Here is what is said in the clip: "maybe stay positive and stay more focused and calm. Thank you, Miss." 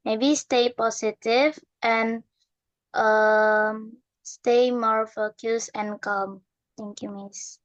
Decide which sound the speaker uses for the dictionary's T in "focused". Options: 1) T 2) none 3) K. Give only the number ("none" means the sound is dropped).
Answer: 2